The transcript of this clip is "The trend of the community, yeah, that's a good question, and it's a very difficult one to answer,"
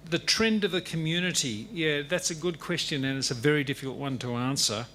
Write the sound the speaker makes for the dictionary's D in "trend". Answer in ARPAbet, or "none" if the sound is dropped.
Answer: D